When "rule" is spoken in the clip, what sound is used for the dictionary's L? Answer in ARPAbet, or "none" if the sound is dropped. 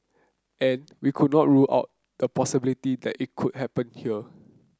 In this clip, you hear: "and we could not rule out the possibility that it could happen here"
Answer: L